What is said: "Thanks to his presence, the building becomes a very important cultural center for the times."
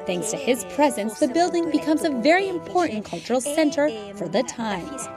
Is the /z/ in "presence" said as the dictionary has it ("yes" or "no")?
yes